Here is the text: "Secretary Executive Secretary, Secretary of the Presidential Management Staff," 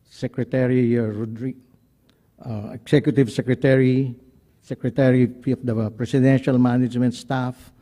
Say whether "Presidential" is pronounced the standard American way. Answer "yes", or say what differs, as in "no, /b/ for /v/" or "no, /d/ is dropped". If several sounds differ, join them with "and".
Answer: no, /s/ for /z/